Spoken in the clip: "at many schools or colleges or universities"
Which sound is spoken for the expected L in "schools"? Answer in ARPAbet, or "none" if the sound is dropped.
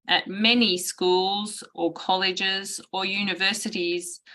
L